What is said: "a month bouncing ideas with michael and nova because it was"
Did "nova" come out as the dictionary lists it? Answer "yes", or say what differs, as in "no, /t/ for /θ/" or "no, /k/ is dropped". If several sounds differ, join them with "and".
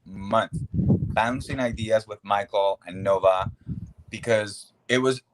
yes